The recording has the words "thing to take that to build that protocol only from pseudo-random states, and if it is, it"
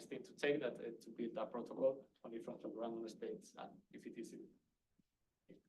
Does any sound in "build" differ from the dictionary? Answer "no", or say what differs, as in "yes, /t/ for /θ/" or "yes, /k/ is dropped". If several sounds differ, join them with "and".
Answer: no